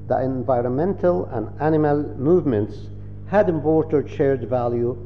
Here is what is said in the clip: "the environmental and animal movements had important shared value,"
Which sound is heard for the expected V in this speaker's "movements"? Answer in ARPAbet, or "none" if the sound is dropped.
V